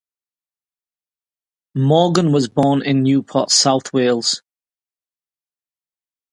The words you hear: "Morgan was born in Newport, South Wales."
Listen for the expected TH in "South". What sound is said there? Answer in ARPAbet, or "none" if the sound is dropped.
TH